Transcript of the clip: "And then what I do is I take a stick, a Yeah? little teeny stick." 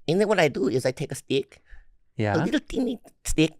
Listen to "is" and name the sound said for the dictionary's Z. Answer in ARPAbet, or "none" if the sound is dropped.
Z